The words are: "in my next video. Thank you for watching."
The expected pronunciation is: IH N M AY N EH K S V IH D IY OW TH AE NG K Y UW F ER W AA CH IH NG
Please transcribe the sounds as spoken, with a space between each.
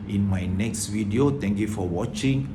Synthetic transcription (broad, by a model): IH N M AY N EH K S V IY D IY OW T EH NG K Y UW F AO W AA CH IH NG